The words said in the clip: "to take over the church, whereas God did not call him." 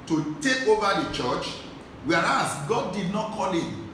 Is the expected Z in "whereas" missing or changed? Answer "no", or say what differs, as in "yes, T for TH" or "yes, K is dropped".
yes, S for Z